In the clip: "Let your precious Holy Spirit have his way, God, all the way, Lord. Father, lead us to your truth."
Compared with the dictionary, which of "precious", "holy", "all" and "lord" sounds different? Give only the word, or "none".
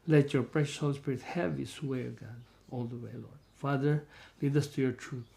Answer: none